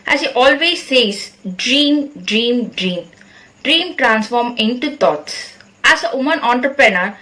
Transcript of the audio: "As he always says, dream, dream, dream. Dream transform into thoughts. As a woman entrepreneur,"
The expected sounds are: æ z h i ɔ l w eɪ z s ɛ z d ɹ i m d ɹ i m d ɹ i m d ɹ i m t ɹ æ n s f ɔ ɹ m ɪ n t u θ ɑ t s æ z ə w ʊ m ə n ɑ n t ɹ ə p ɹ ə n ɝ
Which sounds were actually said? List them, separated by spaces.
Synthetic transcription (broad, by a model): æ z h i ɔ l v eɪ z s ɛ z d ɹ i m d ɹ i m d ɹ i m d ɹ i m t ɹ æ n s f ɔ ɹ m ɪ n t u t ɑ t s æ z ə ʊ m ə n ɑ n t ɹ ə p ɹ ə n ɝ